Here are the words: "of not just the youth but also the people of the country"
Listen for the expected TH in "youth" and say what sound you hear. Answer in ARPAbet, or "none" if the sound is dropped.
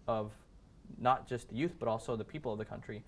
TH